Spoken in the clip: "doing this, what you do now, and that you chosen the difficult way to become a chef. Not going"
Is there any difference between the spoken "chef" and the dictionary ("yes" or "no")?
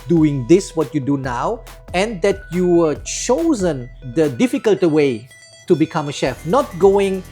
no